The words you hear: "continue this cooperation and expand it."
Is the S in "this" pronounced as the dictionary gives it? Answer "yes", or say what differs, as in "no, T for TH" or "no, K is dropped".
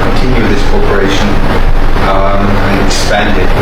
yes